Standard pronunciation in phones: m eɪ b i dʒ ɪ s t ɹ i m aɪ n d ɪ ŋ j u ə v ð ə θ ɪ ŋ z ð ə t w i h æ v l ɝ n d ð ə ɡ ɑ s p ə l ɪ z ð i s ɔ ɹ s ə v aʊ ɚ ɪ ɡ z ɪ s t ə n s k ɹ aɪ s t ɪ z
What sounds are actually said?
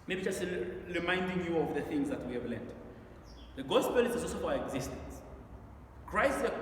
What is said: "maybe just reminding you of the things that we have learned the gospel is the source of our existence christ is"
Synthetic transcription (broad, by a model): m eɪ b i dʒ ɪ s t ɹ i m aɪ n d ɪ ŋ j u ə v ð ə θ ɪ ŋ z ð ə t w i h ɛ v l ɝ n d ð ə ɡ ɑ s p ə l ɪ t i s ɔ l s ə f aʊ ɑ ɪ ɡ z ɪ s t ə n s k ɹ aɪ s t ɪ